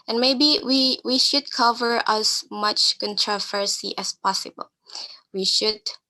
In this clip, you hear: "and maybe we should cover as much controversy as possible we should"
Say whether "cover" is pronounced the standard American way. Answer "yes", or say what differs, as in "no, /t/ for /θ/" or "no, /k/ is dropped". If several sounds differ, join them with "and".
yes